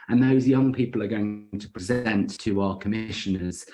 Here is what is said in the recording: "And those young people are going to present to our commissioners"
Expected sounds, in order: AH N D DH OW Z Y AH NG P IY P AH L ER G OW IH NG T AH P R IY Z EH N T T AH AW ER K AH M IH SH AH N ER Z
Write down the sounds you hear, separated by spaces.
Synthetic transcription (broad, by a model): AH N DH OW Z Y AH NG P IY P AH L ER G OW IH NG T AH P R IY Z EH N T T AH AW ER K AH M IH SH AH N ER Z